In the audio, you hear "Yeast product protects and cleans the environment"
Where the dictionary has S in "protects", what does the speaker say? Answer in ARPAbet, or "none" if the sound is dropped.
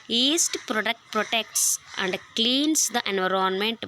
S